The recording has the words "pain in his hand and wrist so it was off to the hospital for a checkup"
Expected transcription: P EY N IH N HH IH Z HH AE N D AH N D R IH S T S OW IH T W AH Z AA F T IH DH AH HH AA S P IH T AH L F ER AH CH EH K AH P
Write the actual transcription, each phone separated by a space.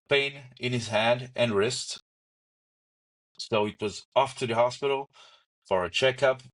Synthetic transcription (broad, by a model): P EY N IH N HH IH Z HH AE N D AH N R IH S T S OW IH T W AH Z AA F T IH DH AH HH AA S P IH T L F ER AH CH EH K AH P